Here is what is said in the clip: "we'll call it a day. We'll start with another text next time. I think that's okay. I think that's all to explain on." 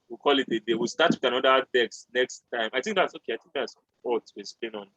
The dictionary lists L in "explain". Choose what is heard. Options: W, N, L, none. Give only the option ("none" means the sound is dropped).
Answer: none